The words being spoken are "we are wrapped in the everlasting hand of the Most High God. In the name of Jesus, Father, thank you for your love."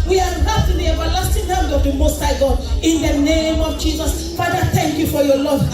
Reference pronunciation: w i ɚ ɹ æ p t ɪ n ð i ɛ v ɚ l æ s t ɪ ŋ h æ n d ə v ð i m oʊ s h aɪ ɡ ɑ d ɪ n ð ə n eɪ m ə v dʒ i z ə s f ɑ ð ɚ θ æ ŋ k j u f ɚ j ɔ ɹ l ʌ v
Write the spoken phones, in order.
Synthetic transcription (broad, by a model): w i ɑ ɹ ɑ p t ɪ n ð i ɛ v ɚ l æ s t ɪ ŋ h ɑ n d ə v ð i m oʊ s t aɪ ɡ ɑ ɪ n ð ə n eɪ m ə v dʒ i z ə s f ɑ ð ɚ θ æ ŋ k j u f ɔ j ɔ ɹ l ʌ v